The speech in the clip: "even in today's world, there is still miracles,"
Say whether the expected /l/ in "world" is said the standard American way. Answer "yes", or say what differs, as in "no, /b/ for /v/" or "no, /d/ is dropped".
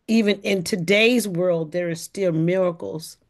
yes